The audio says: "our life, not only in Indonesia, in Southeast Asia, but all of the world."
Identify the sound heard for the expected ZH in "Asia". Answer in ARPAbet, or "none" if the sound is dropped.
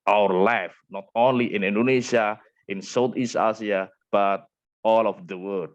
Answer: S